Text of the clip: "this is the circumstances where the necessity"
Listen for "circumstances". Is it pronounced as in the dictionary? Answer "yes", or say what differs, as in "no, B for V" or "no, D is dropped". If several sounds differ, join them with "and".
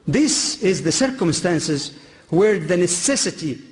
yes